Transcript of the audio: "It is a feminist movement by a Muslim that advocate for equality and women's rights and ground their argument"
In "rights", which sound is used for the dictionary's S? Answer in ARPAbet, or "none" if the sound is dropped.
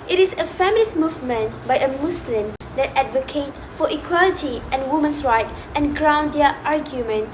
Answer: none